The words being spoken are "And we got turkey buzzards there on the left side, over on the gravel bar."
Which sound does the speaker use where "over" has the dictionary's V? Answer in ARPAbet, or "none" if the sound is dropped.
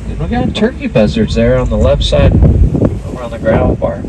W